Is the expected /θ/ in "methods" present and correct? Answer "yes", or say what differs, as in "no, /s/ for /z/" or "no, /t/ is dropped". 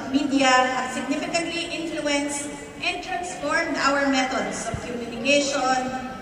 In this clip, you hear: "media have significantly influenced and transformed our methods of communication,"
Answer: no, /t/ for /θ/